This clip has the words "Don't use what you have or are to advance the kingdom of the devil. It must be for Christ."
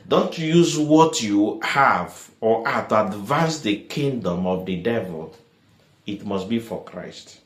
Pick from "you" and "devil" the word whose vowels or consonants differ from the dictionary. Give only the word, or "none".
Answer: none